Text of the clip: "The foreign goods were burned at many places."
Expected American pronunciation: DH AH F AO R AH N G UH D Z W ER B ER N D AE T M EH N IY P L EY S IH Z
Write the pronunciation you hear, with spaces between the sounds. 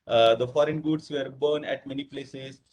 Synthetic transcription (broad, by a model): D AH F AO R AH N G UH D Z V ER B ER N AE T M EH N IY P L EY S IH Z